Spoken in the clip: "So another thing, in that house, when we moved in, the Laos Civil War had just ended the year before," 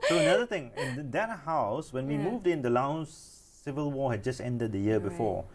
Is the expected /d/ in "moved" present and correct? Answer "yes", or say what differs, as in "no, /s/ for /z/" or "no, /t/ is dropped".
yes